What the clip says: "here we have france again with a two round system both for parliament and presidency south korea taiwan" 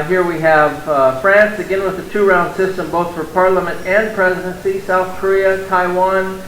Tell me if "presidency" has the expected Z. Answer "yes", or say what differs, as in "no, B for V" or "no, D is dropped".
yes